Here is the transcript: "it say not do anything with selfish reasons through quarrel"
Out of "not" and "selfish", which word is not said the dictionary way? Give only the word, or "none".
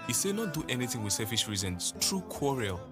selfish